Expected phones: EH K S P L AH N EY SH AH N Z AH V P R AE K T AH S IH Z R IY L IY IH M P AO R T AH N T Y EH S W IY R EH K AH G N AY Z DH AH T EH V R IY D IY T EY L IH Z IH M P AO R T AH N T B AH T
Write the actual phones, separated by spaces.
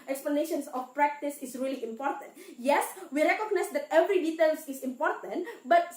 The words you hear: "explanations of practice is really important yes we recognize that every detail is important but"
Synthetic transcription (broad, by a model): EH K S P L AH N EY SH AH N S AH F P R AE K T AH S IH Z R IY L IY IH M P AO R T AH N T Y EH S W IY R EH K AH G N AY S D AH T EH V R IY D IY T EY L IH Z IH M P AO R T AH N T B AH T